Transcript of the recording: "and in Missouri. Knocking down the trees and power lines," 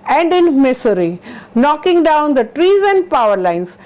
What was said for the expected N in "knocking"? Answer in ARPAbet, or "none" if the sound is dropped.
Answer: N